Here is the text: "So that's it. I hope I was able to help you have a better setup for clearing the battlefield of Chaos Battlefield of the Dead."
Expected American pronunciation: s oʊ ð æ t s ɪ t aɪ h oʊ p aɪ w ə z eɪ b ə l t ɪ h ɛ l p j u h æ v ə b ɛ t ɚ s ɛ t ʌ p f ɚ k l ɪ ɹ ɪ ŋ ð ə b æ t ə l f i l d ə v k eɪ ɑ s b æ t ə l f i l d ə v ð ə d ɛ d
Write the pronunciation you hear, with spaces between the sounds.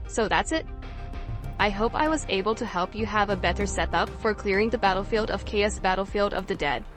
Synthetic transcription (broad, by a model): s oʊ ð æ t s ɪ t aɪ h oʊ p aɪ w ə z eɪ b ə l t ɪ h ɛ l p j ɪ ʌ v ə b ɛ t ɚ s ɛ t ʌ p f ɚ k l ɪ ɹ ɪ ŋ ð ə b æ t l f i l d ə v k eɪ ɑ s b æ t l f i l d ə v ð ə d ɛ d